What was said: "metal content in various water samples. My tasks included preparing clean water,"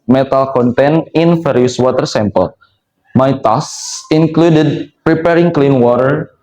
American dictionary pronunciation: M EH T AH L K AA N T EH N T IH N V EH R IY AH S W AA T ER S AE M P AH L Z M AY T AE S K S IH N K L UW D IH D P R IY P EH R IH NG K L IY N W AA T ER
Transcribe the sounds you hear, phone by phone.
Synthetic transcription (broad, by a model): M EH T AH L K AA N T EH N IH N F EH R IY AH S W AA T ER S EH M P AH L M AY T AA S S IH N K L UW D IH D P R IY P EH R IH NG K L IY N W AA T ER